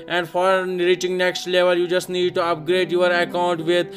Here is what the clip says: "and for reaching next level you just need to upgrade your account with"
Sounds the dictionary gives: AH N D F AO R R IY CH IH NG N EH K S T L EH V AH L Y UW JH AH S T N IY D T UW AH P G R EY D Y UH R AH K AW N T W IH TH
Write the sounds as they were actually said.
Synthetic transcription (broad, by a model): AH N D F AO R R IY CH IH NG N EH K S T L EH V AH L Y UW JH AH S T N IY D T UW AH P G R EY D Y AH R AH K AW N T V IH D